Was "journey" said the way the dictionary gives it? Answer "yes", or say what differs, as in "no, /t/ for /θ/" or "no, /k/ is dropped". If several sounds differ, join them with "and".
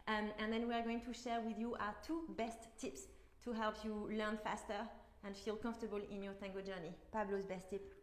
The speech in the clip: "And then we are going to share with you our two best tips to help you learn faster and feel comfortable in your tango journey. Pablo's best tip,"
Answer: yes